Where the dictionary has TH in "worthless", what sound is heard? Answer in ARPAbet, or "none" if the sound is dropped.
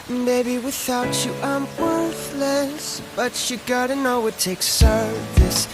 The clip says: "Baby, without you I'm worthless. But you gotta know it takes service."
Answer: TH